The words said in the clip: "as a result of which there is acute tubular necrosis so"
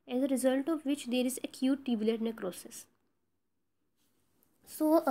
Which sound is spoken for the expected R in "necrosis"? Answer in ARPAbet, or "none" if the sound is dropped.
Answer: R